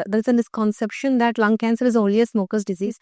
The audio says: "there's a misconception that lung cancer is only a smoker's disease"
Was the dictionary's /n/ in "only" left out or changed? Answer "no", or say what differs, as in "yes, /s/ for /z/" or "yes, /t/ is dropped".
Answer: yes, /n/ is dropped